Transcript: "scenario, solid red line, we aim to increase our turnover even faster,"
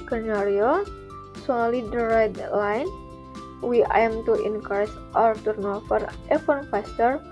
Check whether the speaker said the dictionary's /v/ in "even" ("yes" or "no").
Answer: no